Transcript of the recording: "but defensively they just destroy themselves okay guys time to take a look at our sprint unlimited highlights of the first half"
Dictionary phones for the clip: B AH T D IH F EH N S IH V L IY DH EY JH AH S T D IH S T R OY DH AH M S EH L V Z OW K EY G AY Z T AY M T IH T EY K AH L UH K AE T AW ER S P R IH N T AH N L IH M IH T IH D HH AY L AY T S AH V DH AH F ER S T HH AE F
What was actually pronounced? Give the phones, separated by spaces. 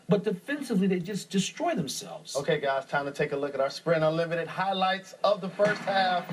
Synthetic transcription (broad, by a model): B AH T D IH F EH N S IH V L IY DH EY JH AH S D IH S T R OY DH AH M S EH L V Z OW K EY G AY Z T AY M T IH T EY K AH L UH K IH T AW ER S P R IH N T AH L IH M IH T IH D HH AY L AY T S AH V DH AH F ER S T HH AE F